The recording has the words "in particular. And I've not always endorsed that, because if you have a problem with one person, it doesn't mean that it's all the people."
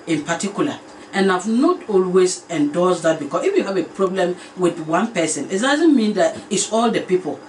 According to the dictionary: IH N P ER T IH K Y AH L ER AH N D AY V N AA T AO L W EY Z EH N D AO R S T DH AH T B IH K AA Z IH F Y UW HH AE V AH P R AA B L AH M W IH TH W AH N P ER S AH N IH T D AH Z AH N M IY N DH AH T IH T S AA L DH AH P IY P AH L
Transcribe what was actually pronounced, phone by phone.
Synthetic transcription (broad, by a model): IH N P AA T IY K Y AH L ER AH N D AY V N AA T AO L W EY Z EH N D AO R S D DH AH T B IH K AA S IH F Y UW HH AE V AH P R AA B L AH M W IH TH W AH N P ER S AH N IH T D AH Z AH N M IY N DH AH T IH T S AA L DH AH P IY P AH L